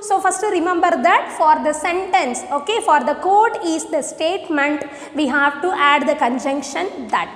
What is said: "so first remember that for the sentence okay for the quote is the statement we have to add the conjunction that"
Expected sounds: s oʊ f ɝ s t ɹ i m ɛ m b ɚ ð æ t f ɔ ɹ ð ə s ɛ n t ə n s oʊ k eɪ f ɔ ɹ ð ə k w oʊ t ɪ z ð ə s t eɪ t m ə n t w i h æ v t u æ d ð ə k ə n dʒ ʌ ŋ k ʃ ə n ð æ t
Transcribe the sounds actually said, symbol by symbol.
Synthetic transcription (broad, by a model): s oʊ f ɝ s t ɹ i m ɛ m b ɚ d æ t f ɔ ɹ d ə s ɛ n t ə n s oʊ k eɪ f ɔ ɹ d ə k oʊ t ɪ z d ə s t eɪ t m ə n t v i h æ v t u æ d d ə k ə n dʒ ʌ ŋ k ʃ ə n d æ t